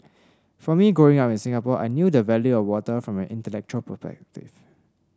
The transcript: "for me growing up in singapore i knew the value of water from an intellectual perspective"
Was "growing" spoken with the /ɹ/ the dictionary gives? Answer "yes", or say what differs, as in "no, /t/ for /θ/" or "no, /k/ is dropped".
no, /ɹ/ is dropped